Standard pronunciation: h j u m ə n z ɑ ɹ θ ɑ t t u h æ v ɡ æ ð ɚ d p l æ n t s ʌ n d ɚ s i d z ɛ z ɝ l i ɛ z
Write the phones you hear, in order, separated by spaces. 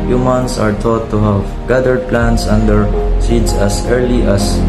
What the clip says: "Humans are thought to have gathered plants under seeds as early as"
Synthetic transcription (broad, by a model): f j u m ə n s ɑ ɹ t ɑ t t u h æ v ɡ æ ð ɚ d p l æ n t s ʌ n d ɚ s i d s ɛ s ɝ l i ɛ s